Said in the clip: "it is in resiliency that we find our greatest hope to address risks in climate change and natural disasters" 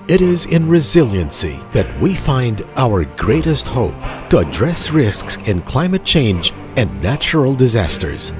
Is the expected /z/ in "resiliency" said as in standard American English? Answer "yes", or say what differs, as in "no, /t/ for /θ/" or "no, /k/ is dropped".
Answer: yes